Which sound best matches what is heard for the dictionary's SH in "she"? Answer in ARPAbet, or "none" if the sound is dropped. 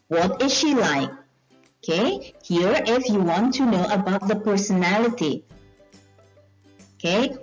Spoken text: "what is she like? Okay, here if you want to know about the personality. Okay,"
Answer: SH